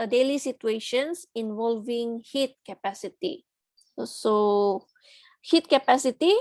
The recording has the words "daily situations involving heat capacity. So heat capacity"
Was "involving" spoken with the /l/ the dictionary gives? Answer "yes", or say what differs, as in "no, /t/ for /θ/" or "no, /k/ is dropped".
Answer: yes